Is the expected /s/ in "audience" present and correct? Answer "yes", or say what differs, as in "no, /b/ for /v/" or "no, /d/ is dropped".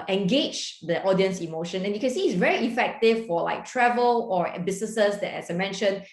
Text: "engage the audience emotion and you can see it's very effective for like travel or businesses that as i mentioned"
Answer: yes